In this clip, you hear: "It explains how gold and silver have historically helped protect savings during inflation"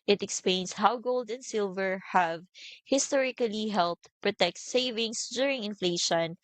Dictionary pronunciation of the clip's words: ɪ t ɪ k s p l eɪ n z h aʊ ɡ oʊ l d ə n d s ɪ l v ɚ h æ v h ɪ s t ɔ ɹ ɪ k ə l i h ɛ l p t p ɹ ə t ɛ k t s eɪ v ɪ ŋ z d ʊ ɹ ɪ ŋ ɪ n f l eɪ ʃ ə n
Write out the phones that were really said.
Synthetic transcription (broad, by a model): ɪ t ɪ k s p l eɪ n s h aʊ ɡ oʊ l d ə n d s ɪ l v ɚ h æ v h ɪ s t ɔ ɹ ɪ k ə l i h ɛ l p t p ɹ ə t ɛ k t s eɪ v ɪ ŋ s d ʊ ɹ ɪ ŋ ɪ n f l eɪ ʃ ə n